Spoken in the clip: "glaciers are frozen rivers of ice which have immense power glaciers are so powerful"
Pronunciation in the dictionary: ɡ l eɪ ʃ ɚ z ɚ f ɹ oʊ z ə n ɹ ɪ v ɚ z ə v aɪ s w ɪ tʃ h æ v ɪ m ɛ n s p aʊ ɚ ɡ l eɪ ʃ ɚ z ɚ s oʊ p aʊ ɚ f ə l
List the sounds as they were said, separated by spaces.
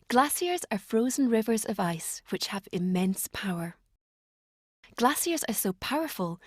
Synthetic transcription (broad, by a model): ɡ l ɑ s ɚ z ɚ f ɹ oʊ z ə n ɹ ɪ v ɚ z ə v aɪ s w ɪ tʃ h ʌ v ɪ m ɛ n s p aʊ ɚ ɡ l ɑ s ɚ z ɚ s oʊ p aʊ ɚ f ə l